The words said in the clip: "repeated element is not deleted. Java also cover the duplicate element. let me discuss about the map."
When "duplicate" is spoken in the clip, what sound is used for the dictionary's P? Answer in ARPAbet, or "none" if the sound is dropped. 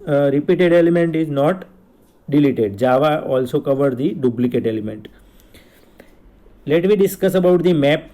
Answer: B